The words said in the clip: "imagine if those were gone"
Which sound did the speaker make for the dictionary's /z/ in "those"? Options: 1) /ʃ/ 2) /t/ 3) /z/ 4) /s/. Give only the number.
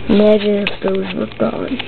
3